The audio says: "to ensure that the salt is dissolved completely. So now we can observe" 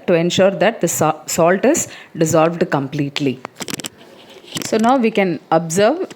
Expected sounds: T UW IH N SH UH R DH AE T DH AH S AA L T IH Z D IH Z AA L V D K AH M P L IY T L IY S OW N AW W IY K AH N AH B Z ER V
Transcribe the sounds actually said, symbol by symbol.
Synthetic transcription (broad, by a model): T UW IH N SH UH R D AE T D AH S AA L T IH Z D IH Z AA L V D K AH M P L IY T L IY S OW N AW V IY K AH N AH B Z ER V